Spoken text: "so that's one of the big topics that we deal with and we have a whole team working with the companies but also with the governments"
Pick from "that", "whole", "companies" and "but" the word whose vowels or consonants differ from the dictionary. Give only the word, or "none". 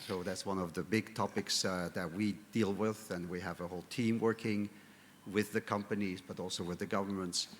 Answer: none